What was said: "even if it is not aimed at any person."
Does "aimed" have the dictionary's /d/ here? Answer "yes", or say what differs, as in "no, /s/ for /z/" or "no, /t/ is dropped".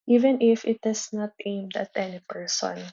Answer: yes